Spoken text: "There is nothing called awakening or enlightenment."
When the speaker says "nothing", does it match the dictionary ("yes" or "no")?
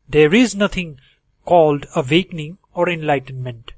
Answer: no